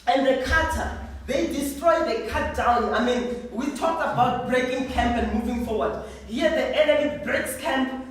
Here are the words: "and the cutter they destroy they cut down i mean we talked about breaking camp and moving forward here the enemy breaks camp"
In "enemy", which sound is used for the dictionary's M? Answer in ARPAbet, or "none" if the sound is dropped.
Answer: none